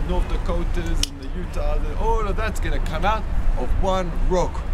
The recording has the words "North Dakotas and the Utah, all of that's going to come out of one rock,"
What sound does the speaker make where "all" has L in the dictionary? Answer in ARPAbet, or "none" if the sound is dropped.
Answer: N